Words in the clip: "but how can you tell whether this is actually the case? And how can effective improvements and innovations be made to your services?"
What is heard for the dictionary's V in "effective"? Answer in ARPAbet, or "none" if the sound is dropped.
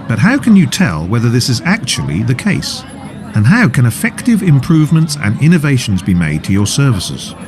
V